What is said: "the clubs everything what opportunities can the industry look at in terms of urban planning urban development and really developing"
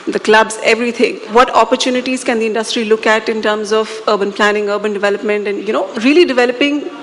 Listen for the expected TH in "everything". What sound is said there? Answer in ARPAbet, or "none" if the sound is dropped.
T